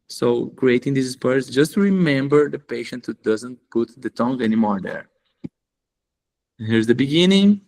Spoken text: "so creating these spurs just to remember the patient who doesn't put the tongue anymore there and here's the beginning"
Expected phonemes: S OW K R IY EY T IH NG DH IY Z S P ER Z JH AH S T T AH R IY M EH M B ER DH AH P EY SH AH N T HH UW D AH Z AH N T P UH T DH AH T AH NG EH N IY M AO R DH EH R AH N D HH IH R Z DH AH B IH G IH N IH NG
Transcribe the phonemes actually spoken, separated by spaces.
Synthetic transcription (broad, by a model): S OW K R IY EY T IH NG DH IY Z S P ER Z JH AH S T T R IY M EH M B ER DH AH P EY SH AH N T HH UW D AH Z AH N T P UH T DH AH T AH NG EH N IY M AO R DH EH R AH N HH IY R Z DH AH B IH G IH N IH NG